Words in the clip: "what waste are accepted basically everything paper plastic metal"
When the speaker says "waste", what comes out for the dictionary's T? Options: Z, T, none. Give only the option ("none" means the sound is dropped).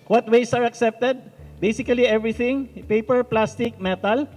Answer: none